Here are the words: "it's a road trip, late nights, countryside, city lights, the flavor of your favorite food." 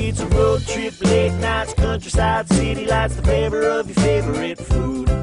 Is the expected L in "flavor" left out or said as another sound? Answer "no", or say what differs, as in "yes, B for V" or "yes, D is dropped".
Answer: yes, L is dropped